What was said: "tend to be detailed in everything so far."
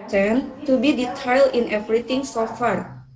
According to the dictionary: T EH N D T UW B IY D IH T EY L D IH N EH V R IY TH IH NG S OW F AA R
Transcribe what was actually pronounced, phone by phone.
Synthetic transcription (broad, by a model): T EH N T UW B IY D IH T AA L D IH N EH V R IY T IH NG S OW F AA R